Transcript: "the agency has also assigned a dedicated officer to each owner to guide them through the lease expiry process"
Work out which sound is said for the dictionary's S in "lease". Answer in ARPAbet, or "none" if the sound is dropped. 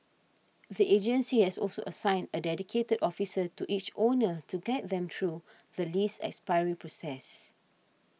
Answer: S